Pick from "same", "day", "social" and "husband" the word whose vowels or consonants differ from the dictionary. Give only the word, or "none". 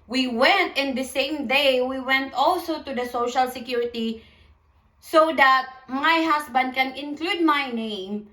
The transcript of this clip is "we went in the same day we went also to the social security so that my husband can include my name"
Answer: husband